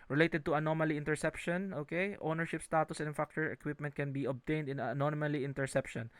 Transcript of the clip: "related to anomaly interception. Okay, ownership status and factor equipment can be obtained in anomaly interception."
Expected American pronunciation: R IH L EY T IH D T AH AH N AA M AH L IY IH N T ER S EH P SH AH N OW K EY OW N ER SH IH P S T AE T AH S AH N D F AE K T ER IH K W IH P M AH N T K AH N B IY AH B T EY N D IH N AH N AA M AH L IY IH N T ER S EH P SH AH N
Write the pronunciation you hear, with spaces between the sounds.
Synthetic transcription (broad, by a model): R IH L EY T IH D T AH AH N AA M AH L IY IH N T ER S EH P SH AH N OW K EY OW N ER SH IH P S T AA T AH S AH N F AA K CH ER IH K W IH P M AH N T K AH N B IY AH B T EY N D IH N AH N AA M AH L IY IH N T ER S EH P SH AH N